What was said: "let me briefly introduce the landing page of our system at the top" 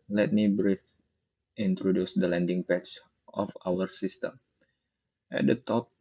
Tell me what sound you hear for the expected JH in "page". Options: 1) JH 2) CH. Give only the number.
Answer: 2